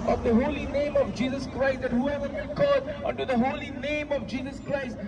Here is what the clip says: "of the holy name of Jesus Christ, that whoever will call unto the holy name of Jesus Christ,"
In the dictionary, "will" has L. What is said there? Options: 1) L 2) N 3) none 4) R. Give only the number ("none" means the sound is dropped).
2